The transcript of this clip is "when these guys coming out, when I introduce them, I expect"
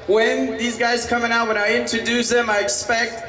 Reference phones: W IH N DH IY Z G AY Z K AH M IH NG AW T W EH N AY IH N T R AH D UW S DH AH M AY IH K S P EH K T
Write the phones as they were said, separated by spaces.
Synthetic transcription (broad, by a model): W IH N DH IY Z G AY Z K AH M IH NG AW T W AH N AY IH N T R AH D UW S DH AH M AY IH K S P EH K T